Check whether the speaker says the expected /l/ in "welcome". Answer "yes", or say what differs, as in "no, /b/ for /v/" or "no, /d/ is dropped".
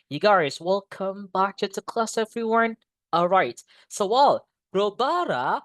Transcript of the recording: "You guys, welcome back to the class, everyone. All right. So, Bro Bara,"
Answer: yes